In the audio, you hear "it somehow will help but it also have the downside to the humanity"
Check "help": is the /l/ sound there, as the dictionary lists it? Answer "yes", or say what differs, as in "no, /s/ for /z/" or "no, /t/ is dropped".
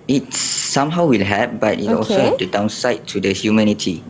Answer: no, /l/ is dropped